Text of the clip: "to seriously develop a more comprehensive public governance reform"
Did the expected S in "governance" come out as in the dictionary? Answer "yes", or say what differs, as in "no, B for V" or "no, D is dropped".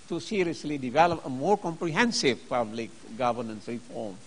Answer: yes